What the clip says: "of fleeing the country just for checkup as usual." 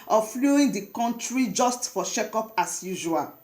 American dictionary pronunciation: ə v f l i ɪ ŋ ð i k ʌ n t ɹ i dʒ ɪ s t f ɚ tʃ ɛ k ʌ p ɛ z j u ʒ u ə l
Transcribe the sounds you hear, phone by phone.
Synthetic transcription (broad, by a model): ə f l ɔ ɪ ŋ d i k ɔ n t ɹ i dʒ ɪ s t f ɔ ʃ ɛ k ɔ p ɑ s j u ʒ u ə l